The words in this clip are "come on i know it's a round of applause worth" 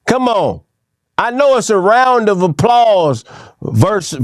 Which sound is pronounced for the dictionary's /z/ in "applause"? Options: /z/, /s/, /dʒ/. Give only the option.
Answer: /z/